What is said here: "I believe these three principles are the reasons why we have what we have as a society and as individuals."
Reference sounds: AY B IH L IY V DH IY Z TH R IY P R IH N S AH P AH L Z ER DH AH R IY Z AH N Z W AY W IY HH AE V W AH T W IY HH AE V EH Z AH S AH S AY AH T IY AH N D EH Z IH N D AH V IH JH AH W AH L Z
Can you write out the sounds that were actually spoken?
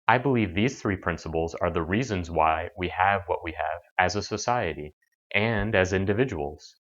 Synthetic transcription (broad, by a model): AY B IH L IY V DH IY Z TH R IY P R IH N S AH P L Z ER DH AH R IY Z AH N Z W AY W IY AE V W AH T W IY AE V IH Z AH S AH S AY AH T IY AH N D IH Z IH N D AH V IH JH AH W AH L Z